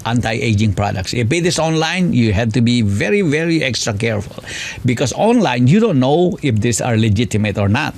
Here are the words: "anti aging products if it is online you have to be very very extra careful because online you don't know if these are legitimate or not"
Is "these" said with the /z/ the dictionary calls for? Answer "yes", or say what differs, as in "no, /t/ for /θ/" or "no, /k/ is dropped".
no, /s/ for /z/